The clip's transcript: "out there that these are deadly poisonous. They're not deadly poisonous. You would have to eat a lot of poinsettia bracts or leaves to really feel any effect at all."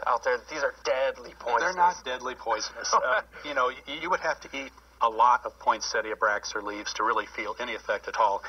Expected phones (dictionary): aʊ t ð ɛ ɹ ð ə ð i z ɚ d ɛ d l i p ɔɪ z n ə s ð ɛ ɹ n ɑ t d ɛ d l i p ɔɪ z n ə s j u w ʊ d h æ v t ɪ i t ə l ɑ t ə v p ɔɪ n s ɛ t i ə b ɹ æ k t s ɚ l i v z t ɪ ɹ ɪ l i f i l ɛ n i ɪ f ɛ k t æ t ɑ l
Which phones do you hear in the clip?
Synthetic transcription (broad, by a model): aʊ t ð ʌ ɹ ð ð i z ɚ d ɛ d l i p ɔɪ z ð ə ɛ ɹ n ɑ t d ɛ d l i p ɔɪ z n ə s j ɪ w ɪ d h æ f t ɪ i t ə l ɑ t ə v p ɔɪ n s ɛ t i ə b ɹ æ k s ɚ l i v z t ɪ ɹ ɪ l i f i l ɛ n i ɪ f ɛ k t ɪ t ɑ l